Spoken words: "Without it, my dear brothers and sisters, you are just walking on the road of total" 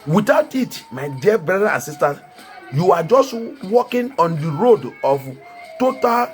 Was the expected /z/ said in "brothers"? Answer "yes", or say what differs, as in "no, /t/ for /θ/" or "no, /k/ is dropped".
no, /z/ is dropped